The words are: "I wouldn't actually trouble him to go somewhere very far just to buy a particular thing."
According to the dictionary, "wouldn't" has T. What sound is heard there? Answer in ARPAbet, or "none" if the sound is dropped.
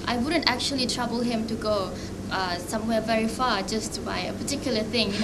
T